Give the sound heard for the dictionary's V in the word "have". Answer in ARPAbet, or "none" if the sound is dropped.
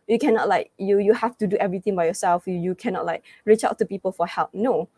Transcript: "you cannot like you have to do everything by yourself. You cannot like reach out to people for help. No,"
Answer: F